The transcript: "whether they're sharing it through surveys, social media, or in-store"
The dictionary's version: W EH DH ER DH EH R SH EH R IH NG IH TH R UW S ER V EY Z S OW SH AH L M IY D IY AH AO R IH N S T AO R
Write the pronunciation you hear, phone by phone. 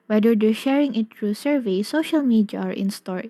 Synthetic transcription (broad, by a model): W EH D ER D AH SH EH R IH NG IH T R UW S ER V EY S OW SH AH L M IY D IY AH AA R IH N S T AO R